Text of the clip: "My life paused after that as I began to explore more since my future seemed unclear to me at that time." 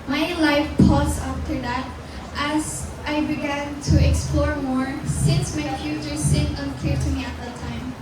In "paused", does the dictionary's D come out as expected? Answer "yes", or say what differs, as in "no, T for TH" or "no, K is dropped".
no, D is dropped